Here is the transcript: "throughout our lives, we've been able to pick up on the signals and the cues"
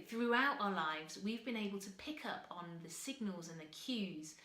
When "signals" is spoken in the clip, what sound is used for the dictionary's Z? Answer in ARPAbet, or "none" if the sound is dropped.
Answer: Z